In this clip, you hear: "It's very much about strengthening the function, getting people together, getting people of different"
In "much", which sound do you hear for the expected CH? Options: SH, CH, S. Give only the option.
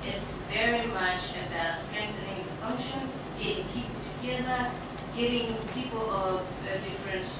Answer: CH